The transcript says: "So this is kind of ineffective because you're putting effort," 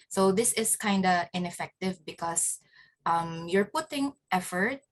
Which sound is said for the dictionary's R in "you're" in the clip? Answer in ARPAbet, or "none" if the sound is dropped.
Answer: R